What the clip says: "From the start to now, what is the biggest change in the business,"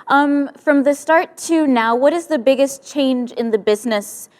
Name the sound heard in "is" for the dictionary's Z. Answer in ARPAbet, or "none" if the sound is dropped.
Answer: Z